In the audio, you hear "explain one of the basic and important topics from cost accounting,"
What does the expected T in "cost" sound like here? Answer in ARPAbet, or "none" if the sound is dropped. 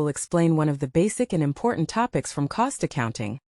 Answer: T